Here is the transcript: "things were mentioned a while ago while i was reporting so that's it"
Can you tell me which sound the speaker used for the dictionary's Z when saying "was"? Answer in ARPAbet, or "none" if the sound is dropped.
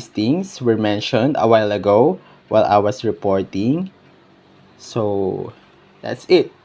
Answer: S